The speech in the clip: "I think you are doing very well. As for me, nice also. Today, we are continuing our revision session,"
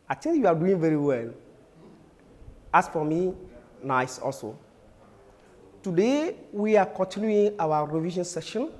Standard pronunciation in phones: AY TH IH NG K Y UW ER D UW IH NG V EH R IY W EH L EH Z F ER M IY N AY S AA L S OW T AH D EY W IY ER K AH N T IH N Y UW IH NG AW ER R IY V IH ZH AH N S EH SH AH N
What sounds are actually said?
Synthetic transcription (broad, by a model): AY T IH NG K Y UW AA D UW IH NG V EH R IY W EH L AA S F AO M IY N AY S AA L S OW T AH D EY W IY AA K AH N T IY N Y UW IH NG AW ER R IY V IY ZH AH N S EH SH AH N